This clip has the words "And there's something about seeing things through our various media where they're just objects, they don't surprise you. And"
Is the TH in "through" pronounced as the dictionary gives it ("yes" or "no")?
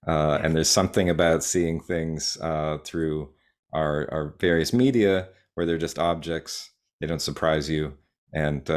yes